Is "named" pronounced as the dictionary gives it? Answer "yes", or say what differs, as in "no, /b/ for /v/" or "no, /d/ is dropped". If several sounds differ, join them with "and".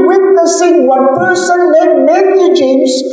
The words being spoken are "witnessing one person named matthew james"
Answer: no, /l/ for /n/ and /m/ is dropped